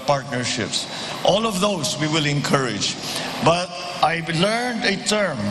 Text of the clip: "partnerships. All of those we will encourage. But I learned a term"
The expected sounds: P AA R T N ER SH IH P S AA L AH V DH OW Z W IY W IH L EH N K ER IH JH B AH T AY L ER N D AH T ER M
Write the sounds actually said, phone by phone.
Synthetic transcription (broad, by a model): P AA R T N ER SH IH P S AA L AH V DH OW S W IY W IH L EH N K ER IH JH B AH T AY L ER N D AH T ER M